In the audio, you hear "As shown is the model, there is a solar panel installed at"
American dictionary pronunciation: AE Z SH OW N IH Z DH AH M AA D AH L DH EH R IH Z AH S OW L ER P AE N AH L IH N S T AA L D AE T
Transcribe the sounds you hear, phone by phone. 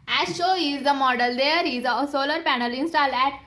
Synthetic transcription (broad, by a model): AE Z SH OW IH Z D AH M AA D AH L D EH R IH Z AH S OW L ER P AE N AH L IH N S T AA L AE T